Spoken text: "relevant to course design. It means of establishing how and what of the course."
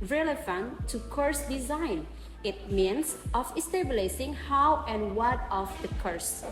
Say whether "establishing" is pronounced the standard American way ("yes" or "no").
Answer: no